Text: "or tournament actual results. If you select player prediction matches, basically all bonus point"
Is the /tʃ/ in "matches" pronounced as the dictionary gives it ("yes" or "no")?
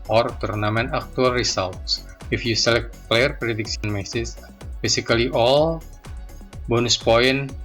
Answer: no